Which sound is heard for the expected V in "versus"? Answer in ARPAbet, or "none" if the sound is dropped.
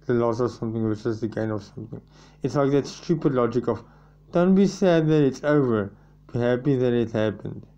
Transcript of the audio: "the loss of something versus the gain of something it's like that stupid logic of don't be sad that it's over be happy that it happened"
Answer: W